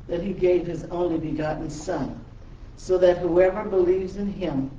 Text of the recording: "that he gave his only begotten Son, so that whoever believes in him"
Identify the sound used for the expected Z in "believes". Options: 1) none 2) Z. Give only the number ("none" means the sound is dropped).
2